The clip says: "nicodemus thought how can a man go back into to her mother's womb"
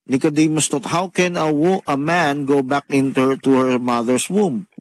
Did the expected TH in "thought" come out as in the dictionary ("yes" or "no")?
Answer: no